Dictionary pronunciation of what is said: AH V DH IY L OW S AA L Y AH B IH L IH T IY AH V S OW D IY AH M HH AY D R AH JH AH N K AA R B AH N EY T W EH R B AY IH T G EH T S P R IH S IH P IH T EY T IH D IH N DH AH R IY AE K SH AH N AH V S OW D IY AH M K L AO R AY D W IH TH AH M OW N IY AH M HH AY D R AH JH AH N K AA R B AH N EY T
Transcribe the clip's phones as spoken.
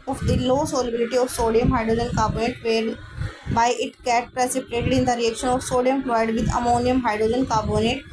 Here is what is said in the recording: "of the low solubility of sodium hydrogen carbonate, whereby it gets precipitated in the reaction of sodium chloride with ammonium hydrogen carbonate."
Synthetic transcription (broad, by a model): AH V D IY L OW S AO L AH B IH L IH T IY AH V S OW D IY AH M HH AY D R AH JH AH N K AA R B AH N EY T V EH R B AY IH T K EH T P R IH S IH P IH T EY T IH D IH N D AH R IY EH K SH AH N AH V S OW D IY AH M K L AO IH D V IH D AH M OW N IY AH M HH AY D R AH JH AH N K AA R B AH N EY T